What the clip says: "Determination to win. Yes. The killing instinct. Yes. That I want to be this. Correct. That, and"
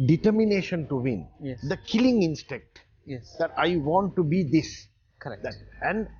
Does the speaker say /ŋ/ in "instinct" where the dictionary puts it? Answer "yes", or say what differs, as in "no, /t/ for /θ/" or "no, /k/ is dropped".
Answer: no, /ŋ/ is dropped